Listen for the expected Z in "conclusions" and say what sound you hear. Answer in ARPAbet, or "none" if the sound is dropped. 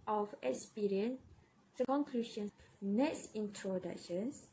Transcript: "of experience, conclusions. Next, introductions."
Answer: none